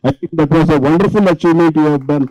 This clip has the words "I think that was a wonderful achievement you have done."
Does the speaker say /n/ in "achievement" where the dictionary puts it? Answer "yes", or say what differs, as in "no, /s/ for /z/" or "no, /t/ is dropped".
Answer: no, /n/ is dropped